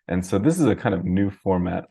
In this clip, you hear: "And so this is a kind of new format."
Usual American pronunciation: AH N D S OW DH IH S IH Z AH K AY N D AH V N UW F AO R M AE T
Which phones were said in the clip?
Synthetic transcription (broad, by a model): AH N S OW DH IH S IH Z AH K AY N D AH V N UW F AO R M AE T